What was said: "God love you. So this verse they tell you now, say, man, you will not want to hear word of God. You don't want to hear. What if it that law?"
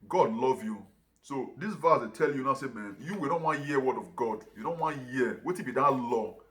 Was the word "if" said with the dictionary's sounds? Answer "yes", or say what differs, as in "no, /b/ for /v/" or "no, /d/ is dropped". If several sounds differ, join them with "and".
no, /p/ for /f/